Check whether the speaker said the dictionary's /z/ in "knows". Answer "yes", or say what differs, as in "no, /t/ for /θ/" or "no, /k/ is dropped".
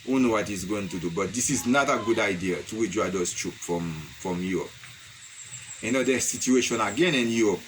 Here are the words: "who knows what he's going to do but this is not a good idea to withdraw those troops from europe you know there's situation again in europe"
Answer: no, /z/ is dropped